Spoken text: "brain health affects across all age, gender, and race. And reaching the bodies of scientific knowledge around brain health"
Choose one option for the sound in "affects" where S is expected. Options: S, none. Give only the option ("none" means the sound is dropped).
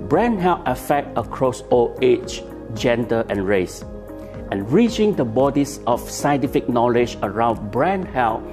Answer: none